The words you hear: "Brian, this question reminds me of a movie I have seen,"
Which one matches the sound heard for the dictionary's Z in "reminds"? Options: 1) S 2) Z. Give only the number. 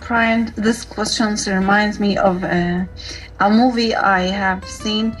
2